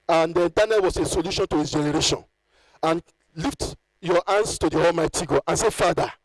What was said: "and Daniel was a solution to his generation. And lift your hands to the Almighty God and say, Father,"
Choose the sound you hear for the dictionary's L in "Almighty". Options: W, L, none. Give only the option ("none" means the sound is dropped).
L